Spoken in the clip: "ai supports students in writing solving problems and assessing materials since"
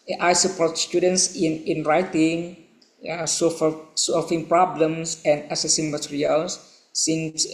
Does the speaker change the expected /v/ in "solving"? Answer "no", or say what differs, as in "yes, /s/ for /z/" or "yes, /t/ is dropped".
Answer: yes, /f/ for /v/